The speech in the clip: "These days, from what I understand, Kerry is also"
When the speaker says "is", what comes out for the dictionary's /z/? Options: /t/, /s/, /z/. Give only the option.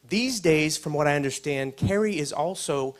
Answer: /z/